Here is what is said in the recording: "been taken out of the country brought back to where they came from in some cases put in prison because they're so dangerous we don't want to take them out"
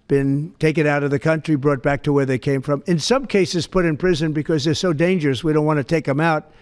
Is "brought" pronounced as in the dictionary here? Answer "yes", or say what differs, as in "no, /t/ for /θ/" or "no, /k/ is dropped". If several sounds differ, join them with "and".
yes